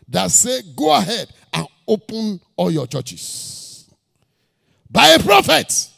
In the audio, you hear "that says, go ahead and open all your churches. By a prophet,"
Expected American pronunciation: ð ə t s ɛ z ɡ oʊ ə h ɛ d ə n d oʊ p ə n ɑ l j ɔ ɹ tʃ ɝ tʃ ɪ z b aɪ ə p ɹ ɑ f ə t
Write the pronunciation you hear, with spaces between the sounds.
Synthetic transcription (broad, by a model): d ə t s ɛ ɡ oʊ ə h ɛ d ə n oʊ p ə n ɑ l j ɔ tʃ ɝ tʃ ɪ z b aɪ ə p ɹ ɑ f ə t